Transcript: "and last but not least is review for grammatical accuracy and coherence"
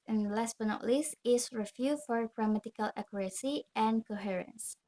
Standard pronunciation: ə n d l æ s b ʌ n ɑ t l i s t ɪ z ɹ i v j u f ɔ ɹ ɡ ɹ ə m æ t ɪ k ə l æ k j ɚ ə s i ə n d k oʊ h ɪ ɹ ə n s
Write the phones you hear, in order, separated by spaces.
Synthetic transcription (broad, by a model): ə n l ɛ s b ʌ n ɑ t l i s ɪ s ɹ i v j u f ɔ ɹ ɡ ɹ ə m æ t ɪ k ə l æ k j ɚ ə s i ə n k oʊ h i ɹ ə n s